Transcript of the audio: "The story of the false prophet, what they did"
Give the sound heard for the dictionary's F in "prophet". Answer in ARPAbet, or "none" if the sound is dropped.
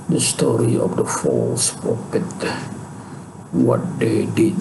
P